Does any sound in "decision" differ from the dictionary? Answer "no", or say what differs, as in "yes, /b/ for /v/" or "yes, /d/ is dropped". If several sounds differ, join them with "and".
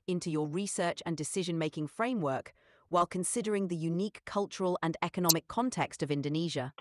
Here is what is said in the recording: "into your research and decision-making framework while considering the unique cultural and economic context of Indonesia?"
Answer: no